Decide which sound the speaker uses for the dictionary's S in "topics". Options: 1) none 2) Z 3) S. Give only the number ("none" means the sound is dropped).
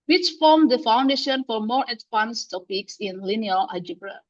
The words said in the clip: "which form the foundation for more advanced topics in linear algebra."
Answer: 3